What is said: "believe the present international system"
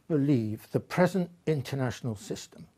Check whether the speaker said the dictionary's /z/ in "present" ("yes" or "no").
yes